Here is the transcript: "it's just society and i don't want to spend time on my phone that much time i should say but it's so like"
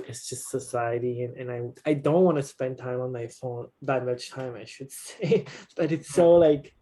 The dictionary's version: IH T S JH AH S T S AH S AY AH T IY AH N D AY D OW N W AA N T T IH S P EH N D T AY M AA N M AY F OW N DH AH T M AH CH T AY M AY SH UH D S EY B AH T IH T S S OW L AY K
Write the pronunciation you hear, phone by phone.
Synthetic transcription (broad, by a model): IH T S JH AH S T S AH S AY AH T IY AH N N AY D OW N W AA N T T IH S P EH N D T AY M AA N M AY F OW N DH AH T M AH CH T AY M AY SH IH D S EY B AH T IH T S S OW L AY K